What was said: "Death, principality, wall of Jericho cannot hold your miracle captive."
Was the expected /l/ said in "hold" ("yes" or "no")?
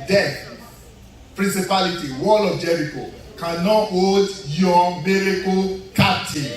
no